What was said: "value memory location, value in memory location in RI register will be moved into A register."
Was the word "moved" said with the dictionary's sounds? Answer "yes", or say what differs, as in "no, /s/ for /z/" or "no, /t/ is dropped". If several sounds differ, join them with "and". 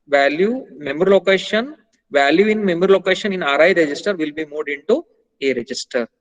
no, /v/ is dropped